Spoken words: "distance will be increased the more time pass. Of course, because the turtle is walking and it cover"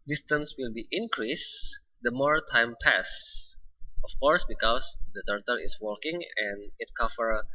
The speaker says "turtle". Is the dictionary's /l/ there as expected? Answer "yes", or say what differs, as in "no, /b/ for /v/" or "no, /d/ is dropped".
yes